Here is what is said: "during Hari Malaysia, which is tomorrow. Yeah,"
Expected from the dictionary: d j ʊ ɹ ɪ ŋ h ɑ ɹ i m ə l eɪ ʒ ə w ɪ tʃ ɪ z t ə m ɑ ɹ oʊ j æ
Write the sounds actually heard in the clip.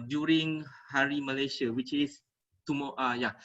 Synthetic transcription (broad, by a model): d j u ɹ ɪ ŋ h ɑ ɹ i m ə l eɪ ʃ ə w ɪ tʃ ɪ s t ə m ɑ oʊ j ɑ